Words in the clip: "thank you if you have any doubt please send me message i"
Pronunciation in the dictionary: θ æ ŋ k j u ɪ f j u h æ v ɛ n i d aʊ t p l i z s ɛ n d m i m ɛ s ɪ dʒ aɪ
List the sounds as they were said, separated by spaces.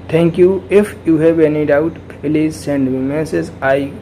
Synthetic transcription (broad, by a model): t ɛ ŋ k j u ɪ f j u h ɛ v ɛ n i d aʊ t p l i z s ɛ n d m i m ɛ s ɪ z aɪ